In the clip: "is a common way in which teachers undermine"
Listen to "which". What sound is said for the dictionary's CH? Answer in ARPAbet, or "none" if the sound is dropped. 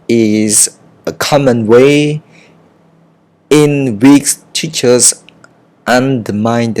S